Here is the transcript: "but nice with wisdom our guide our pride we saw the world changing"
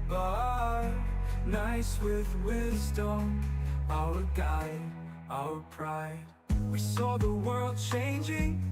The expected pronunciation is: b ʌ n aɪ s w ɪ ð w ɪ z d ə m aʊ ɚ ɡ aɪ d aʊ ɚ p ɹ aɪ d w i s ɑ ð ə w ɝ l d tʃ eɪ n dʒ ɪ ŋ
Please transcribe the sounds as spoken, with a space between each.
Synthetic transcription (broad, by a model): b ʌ n aɪ s w ɪ ð w ɪ z d ə m aʊ ɚ ɡ aɪ d aʊ ɚ p ɹ aɪ d w i s ɑ ð ə w ɝ l d tʃ eɪ n dʒ ɪ ŋ